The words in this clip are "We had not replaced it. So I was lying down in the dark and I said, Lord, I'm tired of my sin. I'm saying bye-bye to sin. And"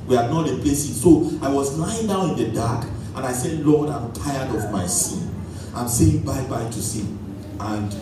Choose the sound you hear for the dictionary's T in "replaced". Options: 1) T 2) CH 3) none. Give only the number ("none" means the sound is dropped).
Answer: 3